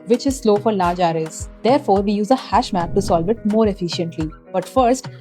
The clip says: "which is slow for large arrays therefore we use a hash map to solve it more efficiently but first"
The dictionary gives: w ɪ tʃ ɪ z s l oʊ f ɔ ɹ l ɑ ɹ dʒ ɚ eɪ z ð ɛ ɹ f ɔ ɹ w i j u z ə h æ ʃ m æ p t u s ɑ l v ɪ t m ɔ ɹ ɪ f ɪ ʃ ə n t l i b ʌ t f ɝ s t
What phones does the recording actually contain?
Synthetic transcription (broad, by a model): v ɪ tʃ ɪ z s l oʊ f ɔ ɹ l ɑ ɹ dʒ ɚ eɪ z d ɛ ɹ f ɔ ɹ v i j u z ə h æ ʃ m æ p t u s ɑ l v ɪ t m ɔ ɹ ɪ f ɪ ʃ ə n t l i b ʌ t f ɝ s t